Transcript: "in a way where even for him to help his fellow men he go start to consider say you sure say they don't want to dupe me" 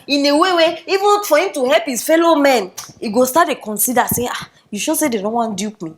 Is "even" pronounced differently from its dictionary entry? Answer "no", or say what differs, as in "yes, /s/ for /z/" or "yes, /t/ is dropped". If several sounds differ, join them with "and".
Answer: no